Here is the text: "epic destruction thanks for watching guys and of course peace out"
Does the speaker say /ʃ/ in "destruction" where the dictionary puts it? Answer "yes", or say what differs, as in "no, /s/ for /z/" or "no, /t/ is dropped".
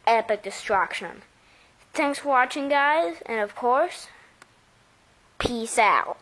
yes